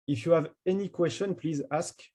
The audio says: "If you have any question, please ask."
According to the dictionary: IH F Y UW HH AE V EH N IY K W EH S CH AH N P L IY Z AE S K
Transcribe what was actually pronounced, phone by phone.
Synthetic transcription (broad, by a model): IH F Y UW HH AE V EH N IY K W EH S CH AH N P L IY Z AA S K